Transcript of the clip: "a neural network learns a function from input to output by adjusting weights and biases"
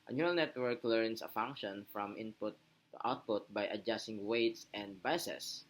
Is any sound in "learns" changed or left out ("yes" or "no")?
yes